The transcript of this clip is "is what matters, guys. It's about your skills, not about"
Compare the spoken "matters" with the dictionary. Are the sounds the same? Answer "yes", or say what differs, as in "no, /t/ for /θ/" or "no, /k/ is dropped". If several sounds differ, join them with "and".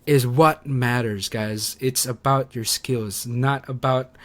yes